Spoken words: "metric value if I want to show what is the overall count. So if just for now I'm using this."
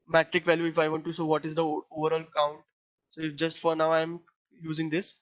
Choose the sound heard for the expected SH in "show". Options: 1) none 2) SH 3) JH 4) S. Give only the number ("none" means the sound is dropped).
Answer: 4